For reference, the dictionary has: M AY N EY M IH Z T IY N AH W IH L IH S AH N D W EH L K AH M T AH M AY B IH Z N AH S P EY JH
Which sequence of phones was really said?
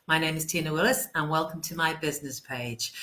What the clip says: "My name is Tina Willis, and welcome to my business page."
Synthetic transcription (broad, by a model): M AY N EY M IH Z T IY N AH W IH L IH S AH N W EH L K AH M T AH M AY B IH Z N AH S P EY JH